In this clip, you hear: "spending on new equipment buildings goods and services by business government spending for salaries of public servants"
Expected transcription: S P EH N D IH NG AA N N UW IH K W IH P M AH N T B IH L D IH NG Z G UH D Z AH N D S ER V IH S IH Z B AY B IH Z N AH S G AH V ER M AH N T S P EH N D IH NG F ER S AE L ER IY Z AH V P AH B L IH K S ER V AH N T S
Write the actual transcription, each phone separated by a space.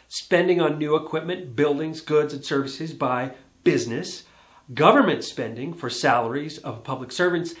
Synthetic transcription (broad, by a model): S P EH N D IH NG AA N N UW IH K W IH P M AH N B IH L D IH NG Z G UH D Z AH N S ER V IH S IH Z B AY B IH Z N AH S G AH V ER M AH N T S P EH N D IH NG F ER S AE L ER IY Z AH V P AH B L IH K S ER V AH N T S